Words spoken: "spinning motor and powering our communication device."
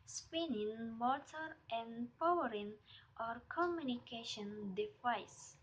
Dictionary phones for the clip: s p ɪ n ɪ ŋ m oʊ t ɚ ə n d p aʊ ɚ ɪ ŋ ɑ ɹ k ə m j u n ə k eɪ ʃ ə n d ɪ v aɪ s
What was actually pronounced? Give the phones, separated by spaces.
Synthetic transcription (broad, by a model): s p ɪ n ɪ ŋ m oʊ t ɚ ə n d p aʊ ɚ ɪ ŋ ɑ ɹ k ə m j u n ə k eɪ ʃ ə n d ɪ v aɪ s